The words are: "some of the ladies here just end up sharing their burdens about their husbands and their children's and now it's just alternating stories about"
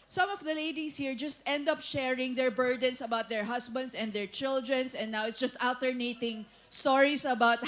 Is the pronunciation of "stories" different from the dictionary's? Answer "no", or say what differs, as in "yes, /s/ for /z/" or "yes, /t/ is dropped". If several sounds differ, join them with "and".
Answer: yes, /s/ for /z/